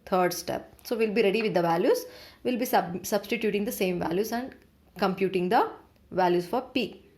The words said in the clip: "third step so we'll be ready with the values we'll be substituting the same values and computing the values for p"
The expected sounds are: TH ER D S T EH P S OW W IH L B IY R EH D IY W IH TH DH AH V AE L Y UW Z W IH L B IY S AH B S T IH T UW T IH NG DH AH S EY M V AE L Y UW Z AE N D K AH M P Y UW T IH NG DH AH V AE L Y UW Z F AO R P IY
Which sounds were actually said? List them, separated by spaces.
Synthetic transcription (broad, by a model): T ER D S T EH P S OW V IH L B IY R EH D IY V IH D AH V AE L Y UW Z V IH L B IY S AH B S T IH T UW T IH NG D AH S EY M V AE L Y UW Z AE N D K AH M P Y UW T IH NG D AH V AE L Y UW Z F AO R P IY